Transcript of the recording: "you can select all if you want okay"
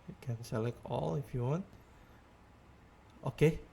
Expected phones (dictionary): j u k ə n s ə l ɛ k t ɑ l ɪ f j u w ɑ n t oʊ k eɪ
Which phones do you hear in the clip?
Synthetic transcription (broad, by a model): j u k ə n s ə l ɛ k ɑ l ɪ f j u w ɑ n t oʊ k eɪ